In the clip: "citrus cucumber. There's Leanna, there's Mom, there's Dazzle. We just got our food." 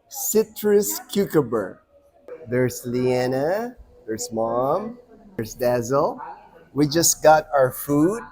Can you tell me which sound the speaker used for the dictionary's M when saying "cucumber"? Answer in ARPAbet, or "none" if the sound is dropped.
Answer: none